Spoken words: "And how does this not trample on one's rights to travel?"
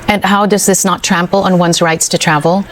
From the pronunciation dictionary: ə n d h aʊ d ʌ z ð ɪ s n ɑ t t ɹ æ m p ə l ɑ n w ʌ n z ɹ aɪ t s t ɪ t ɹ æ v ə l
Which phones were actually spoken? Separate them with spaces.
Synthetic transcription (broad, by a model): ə n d h aʊ d ʌ z ð ɪ s n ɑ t t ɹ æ m p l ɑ n w ʌ n z ɹ aɪ t s t ɪ t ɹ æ v l